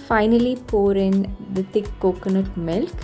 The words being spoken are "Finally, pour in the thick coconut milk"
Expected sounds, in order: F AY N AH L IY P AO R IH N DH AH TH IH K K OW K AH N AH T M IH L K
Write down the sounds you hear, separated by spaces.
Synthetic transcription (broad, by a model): F AY N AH L IY P AO R IH N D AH T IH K K OW K AH N AH T M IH L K